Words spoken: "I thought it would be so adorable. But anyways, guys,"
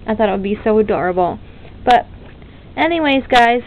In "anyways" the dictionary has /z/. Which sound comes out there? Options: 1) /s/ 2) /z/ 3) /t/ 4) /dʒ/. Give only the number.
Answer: 2